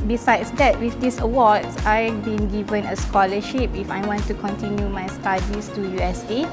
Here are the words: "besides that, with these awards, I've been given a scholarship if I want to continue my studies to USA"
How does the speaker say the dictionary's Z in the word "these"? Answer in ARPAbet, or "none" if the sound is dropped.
S